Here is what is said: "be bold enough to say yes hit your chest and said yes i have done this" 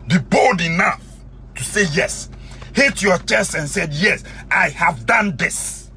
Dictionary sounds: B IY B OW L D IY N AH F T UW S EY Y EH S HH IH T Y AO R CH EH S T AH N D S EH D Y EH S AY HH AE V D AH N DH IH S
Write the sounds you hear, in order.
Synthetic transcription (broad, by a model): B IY B OW L D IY N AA F T UW S EY Y EH S HH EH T Y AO CH EH S T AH N S EH D Y EH S AY HH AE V D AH N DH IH S